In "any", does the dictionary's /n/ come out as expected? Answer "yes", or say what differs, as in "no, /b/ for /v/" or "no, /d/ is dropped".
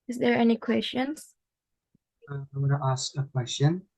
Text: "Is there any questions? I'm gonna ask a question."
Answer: yes